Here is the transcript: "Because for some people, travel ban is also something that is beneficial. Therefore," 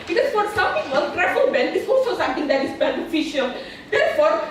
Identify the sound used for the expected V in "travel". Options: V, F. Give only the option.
F